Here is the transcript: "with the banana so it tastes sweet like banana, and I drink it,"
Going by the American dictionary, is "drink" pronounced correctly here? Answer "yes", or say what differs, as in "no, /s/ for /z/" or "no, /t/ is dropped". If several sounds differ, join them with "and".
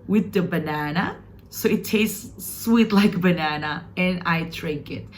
no, /ŋ/ is dropped